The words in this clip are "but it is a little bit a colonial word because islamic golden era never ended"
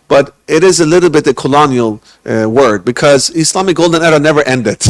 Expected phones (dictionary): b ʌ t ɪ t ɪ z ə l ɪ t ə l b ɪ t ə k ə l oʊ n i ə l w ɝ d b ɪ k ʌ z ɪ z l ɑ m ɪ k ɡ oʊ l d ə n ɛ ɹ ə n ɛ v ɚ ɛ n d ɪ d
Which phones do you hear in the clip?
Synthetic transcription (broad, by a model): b ʌ t ɪ t ɪ z ə l ɪ t l b ɪ t ə k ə l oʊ n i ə l w ɝ d b ɪ k ʌ z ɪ s l ɑ m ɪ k ɡ oʊ l d ə n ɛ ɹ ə n ɛ v ɚ ɛ n d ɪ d